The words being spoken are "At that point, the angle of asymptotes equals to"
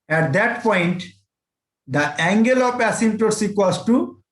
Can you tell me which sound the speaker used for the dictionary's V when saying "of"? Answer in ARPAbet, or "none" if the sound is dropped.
P